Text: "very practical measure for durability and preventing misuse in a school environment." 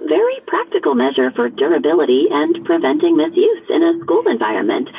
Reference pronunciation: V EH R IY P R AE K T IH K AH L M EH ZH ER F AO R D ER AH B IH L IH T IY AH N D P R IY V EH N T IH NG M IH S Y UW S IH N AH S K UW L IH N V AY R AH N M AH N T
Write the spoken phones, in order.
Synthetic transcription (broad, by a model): V EH R IY P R AE K T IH K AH L M EH ZH ER F AO R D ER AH B IH L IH T IY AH N P R IY V EH N T IH NG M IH S Y UW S IH N AH S K UW L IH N V AY R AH N M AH N T